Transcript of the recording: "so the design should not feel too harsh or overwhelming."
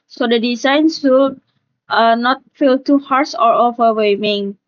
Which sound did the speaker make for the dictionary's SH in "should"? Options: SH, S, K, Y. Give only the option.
S